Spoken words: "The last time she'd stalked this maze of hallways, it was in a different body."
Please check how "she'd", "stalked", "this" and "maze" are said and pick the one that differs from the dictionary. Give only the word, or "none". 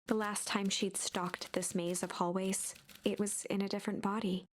none